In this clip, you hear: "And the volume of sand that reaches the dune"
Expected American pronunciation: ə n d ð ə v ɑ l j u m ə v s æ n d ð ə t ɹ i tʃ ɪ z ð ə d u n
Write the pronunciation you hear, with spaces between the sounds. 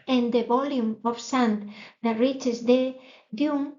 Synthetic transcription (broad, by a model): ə n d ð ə b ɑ l j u m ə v s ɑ n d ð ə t ɹ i tʃ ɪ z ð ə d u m